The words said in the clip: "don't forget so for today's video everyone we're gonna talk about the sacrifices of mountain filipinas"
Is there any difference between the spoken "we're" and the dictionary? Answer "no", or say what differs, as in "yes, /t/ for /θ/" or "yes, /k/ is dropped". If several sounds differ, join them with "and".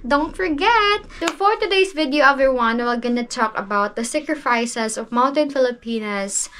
yes, /l/ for /ɹ/